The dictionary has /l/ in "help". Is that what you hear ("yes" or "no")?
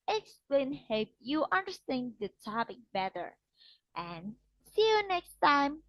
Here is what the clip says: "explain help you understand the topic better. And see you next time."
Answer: no